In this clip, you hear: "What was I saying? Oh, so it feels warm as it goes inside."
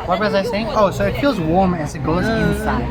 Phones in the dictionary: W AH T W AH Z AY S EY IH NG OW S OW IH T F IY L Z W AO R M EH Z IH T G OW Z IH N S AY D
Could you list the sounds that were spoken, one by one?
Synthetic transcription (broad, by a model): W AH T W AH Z AY S EY IH NG OW S OW IH T F IY L Z W AO R M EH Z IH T G OW Z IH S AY